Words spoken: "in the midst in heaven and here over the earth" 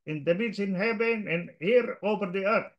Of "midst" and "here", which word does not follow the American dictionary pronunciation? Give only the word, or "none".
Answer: midst